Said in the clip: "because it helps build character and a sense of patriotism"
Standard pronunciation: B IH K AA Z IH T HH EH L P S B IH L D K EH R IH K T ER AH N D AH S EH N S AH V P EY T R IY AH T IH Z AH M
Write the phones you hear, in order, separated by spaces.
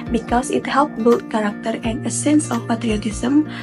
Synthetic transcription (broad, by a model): B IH K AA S IH T HH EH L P B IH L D K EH R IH K T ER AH N AH S EH N S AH F P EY T R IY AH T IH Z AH M